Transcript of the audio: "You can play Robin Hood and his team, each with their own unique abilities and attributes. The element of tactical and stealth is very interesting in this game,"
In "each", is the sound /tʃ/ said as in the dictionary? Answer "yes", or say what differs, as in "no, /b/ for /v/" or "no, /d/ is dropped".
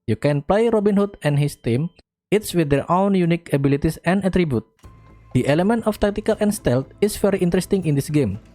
no, /s/ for /tʃ/